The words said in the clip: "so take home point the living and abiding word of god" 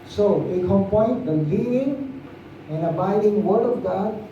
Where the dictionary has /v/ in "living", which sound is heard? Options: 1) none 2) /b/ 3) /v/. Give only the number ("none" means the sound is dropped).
1